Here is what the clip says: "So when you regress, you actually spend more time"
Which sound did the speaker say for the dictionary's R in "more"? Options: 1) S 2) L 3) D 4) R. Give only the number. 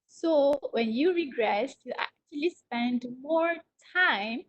4